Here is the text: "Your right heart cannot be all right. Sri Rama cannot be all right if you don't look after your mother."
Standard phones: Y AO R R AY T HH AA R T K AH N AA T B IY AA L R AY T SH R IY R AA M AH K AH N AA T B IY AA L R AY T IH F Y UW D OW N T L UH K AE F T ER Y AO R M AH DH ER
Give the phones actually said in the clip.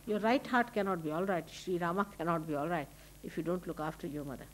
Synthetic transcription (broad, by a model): Y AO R R AY T HH AA R T K AH N AA T B IY AA L R AY T SH R IY R AA M AH K AH N AA T B IY AA L R AY T IH F Y UW D OW N T L UH K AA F T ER Y AO R M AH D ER